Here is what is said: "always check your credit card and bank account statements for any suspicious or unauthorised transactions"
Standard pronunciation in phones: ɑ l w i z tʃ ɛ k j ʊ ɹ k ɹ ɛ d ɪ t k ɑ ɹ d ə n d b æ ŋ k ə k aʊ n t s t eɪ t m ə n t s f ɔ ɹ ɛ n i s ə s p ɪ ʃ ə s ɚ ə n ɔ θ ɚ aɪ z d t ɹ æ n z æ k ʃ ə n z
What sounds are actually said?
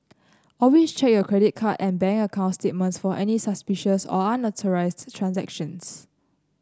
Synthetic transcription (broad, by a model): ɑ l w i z tʃ ɛ k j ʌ k ɹ ɛ d ɪ t k ɑ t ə n b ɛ ŋ ə k aʊ n t s t eɪ t m ə n t s f ɔ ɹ ɛ n i s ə s p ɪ ʃ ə s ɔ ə n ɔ t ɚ aɪ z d t ɹ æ n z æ k ʃ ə n s